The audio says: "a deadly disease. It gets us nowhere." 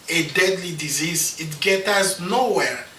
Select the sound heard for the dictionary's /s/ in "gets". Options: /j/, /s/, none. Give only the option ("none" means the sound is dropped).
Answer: none